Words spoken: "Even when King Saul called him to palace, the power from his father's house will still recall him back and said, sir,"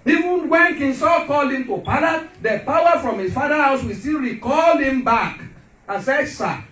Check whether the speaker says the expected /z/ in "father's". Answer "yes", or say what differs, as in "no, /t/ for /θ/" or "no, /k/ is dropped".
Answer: no, /z/ is dropped